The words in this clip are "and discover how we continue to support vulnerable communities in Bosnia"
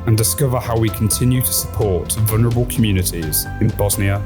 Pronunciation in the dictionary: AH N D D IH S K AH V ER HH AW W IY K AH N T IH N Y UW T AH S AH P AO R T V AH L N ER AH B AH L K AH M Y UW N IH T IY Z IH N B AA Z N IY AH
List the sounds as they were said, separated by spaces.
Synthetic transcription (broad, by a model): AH N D D IH S K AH V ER HH AW W IY K AH N T IH N Y UW T AH S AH P AO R T V AH L N ER AH B AH L K AH M Y UW N IH T IY Z IH N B AA Z N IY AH